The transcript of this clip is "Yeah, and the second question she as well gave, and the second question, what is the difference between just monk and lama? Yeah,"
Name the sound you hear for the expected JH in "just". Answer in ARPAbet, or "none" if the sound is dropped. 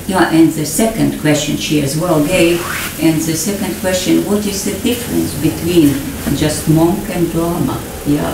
JH